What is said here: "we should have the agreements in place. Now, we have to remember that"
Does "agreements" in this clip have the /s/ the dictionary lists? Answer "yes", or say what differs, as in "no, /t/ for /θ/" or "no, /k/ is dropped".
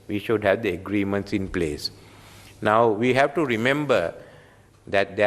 yes